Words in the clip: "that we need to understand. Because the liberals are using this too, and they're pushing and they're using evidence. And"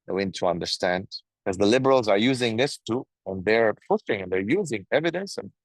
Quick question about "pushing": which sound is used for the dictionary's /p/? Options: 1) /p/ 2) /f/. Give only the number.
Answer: 2